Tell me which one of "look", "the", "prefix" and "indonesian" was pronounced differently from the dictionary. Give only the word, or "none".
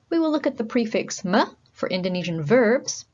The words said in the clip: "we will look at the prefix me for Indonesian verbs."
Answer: none